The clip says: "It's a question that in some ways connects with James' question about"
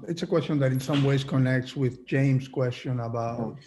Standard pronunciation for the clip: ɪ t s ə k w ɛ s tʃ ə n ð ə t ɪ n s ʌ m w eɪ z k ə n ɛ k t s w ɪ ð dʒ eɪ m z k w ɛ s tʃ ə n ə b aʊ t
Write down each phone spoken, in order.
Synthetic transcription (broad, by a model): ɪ t s ə k w ɛ s tʃ ə n ð ə t ɪ n s ʌ m w eɪ z k ə n ɛ k t s w ɪ ð dʒ eɪ m z k w ɛ s tʃ ə n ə b aʊ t